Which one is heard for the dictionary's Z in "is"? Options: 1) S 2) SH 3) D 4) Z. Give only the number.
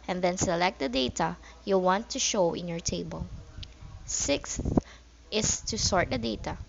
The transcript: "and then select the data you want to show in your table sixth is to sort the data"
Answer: 1